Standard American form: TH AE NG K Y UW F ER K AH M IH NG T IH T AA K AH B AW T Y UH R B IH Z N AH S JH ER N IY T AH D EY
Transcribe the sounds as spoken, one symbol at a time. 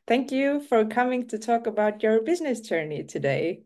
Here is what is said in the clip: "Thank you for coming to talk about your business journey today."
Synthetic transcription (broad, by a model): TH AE NG K Y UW F ER K AH M IH NG T IH T AA K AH B AW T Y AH R B IH Z N AH S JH ER N IY T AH D EY